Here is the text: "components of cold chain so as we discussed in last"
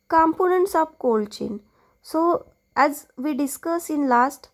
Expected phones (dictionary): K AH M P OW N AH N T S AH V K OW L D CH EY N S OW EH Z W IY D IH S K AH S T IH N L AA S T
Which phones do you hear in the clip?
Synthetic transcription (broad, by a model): K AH M P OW N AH N T S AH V K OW L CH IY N S OW EH Z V IY D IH S K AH S IH N L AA S T